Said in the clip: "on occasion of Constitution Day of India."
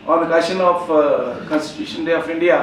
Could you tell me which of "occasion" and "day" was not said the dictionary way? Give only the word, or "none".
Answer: occasion